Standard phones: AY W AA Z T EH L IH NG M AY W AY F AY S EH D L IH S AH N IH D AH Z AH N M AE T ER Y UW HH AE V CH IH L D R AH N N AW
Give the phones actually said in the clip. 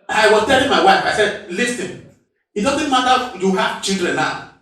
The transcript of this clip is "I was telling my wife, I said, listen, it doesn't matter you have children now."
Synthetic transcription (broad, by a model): AY W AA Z T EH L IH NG M AY W AY F AY S EH D L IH S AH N IH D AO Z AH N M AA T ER Y UW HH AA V CH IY L D R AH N N AW